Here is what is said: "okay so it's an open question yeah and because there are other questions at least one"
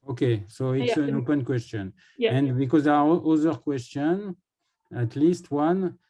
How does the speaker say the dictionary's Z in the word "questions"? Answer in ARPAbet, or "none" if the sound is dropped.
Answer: none